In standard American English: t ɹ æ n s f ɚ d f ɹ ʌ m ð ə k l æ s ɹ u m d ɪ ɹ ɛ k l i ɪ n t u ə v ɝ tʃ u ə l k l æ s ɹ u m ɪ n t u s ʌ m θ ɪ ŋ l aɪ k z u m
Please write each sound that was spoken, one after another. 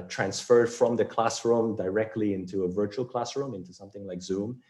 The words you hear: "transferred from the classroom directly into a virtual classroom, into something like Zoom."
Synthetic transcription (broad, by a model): t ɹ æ n s f ɚ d f ɹ ʌ m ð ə k l æ s ɹ u m d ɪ ɹ ɛ k l i ɪ n t u ə v ɝ tʃ u ə l k l æ s ɹ u m ɪ n t u s ʌ m θ ɪ ŋ l aɪ k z u m